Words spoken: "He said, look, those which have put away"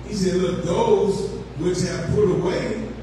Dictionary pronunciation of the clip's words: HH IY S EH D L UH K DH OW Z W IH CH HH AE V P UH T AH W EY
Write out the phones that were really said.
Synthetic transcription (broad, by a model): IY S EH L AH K DH OW Z W IH CH HH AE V P UH T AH W EY